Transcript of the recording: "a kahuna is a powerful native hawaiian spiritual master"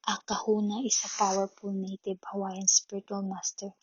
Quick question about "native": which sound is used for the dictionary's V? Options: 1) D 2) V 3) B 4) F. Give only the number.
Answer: 3